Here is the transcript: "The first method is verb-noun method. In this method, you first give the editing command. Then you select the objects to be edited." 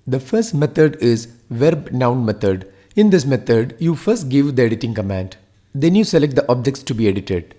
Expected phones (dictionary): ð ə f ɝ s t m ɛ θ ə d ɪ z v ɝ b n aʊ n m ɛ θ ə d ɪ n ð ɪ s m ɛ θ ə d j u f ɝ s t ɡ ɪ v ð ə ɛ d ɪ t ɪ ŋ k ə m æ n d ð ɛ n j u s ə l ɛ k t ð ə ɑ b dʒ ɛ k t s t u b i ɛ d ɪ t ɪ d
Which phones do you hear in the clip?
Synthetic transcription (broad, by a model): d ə f ɝ s t m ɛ t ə d ɪ z v ɝ b n aʊ n m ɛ t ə d ɪ n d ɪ s m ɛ t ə d j u f ɝ s t ɡ ɪ v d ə ɛ d ɪ t ɪ ŋ k ə m æ n d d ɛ n j u s ə l ɛ k t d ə ɑ b dʒ ɛ k t s t u b i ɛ d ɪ t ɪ d